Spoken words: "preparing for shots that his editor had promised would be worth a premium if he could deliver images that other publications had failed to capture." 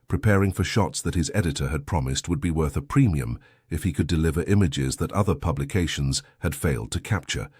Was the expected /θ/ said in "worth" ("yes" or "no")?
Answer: yes